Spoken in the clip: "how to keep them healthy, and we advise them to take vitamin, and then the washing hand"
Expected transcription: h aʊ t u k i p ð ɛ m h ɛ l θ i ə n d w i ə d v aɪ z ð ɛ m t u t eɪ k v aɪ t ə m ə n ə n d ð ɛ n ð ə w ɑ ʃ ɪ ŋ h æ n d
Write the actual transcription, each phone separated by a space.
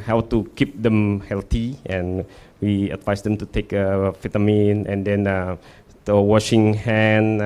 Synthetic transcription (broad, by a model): h aʊ t u k i p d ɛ m h ɛ l t i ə n w i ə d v aɪ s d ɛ m t u t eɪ k f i t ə m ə n ə n d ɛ n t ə w ɑ ʃ ɪ ŋ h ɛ n